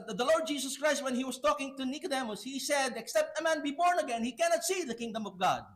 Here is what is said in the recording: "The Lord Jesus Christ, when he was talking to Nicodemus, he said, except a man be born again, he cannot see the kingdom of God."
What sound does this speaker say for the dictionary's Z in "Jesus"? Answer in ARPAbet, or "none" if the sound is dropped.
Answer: S